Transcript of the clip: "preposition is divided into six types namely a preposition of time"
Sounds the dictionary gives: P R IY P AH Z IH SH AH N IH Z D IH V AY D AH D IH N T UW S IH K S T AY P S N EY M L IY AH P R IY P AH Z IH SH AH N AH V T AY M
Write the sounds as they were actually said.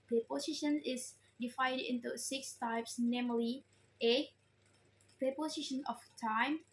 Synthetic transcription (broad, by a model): P R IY P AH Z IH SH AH N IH S D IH F AY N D IH N T UW S IH K S T AY P S N EY M L IY AH P R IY P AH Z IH SH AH N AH F T AY M